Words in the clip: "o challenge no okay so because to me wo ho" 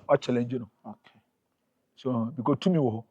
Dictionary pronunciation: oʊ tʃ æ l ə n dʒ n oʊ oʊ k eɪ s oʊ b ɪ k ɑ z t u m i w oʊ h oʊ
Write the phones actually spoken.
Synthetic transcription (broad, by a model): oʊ tʃ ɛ l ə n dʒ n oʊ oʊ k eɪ s oʊ b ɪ k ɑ t u m i w oʊ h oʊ